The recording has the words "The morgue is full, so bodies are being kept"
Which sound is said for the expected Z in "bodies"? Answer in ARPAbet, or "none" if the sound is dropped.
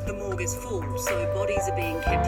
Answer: Z